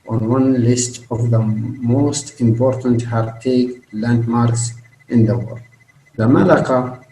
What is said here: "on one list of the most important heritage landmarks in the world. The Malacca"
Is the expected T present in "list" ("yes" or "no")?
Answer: yes